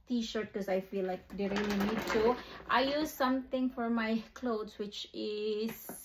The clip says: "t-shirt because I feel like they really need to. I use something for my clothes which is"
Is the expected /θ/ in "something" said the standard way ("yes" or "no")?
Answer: no